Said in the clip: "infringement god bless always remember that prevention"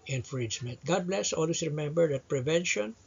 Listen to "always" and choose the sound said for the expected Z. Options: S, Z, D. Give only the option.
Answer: S